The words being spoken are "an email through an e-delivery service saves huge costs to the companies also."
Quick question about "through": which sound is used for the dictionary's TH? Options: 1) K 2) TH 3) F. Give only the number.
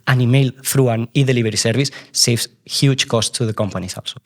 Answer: 3